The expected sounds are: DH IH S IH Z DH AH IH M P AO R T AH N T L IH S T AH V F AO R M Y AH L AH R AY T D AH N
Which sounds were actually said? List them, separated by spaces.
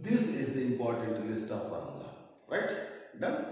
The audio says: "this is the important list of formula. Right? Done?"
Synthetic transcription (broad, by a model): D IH S IH Z IH M P AO R T AH N T L IH S T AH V P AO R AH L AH R AY T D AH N